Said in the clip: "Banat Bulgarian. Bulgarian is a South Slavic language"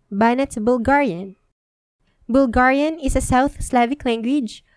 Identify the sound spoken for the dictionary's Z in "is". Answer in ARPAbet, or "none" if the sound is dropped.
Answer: S